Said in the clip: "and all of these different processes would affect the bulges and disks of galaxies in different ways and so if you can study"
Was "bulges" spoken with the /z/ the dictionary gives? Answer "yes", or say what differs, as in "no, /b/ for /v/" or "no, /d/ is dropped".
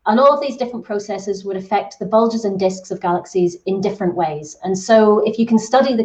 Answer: yes